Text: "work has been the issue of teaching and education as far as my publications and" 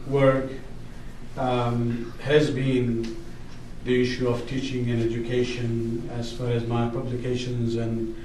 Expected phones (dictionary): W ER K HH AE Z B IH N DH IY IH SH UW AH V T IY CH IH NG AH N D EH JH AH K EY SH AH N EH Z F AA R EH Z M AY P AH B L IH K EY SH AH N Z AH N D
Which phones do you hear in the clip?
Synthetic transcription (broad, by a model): W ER K HH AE Z B IH N DH IY IH SH UW AH V T IY CH IH NG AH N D EH JH AH K EY SH AH N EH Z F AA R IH Z M AY P AH B L IH K EY SH AH N Z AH N